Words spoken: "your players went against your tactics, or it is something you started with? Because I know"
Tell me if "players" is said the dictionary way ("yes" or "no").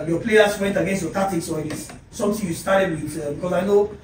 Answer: no